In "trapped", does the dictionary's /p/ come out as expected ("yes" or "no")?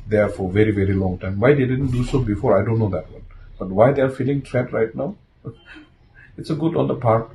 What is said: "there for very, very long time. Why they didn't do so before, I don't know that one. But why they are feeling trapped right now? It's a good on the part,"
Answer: no